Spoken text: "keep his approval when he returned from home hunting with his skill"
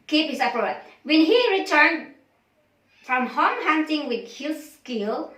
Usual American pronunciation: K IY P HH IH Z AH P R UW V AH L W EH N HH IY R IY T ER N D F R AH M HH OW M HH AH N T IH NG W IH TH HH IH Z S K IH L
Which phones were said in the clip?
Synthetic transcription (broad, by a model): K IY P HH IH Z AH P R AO AH W EH N HH IY R IY T ER N D F R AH M HH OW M HH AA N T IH NG W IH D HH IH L S K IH L